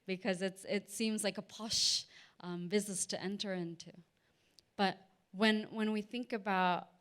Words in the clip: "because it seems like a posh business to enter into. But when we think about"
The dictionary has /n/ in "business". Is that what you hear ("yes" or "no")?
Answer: no